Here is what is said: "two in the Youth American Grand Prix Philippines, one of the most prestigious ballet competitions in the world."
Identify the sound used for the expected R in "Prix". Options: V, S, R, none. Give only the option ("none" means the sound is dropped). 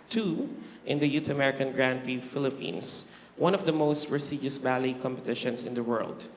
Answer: none